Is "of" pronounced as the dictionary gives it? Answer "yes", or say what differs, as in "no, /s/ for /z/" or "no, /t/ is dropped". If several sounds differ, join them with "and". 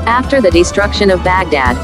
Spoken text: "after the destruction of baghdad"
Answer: yes